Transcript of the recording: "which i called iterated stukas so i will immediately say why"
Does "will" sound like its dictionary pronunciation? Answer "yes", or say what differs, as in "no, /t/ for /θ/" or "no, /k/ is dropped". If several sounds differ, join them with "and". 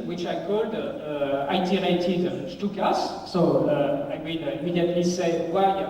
no, /n/ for /l/